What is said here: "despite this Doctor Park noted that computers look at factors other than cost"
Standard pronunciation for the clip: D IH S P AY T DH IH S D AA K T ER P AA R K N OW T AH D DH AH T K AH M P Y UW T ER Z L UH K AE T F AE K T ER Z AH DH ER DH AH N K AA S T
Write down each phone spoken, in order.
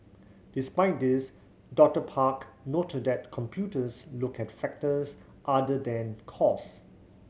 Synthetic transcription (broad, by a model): D IH S P AY T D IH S D AA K T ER P AA K N OW T AH D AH T K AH M P Y UW T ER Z L UH K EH T F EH K T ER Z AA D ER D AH N K AA S